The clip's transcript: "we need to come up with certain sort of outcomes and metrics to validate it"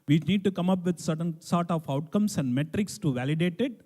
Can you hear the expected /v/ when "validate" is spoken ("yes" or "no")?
yes